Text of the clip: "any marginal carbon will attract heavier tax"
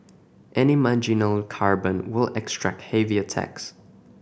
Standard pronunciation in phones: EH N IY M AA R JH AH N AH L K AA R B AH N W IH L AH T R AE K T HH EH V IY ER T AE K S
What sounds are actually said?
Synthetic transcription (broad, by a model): EH N IY M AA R JH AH N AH L K AA R B AH N W IH L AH T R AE K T HH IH V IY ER T AE K S